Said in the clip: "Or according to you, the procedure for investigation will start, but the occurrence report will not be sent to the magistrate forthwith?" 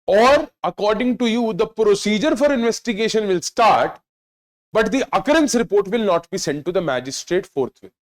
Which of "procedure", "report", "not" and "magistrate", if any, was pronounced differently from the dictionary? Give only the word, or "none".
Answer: none